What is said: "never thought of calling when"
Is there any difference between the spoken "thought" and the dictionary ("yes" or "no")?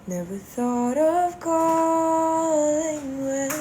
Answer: no